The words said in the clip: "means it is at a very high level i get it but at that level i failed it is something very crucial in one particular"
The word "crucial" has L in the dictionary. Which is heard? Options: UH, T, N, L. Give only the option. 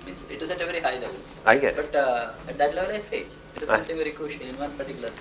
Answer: N